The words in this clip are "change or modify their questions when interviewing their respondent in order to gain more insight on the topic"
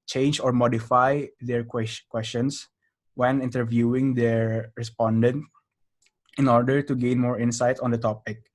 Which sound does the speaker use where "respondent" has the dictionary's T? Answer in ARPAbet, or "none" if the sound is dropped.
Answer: T